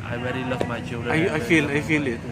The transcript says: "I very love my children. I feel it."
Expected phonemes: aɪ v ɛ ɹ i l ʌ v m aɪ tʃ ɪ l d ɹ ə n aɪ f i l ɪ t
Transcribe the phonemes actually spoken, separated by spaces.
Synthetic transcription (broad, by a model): aɪ v ɛ ɹ i l ʌ v m aɪ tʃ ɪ l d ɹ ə l aɪ f i l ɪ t